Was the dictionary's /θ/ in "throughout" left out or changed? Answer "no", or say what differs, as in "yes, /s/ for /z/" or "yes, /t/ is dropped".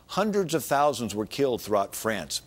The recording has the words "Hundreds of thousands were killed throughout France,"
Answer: no